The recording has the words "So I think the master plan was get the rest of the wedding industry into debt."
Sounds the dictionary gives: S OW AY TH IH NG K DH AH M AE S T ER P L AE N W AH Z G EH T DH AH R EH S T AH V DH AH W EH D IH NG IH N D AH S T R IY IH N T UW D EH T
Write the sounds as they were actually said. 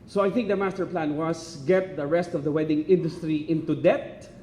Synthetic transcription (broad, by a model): S OW AY TH IH NG K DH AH M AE S T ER P L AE N W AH S G EH T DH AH R EH S T AH V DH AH W EH D IH NG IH N D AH S T R IY IH N T UW D EH T